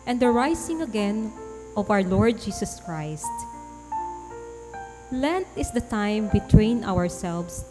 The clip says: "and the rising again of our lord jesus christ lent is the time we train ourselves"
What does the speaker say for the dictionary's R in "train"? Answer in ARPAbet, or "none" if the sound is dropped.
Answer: W